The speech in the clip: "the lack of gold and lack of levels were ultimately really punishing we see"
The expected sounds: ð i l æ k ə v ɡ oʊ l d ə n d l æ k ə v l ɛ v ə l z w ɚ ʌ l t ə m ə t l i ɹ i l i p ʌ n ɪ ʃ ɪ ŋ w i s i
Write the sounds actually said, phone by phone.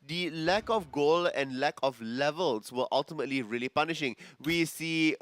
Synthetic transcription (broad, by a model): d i l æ k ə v ɡ oʊ l ə n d l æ k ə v l ɛ v ə l s w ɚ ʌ l t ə m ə t l i ɹ i l i p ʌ n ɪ ʃ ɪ ŋ w i s i